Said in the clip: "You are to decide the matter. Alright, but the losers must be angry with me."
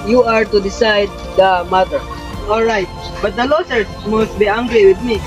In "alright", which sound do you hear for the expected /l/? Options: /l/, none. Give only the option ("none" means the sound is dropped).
/l/